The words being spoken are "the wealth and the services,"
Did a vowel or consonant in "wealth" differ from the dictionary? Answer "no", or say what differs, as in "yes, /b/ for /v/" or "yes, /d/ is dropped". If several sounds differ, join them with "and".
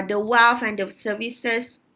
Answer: yes, /f/ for /θ/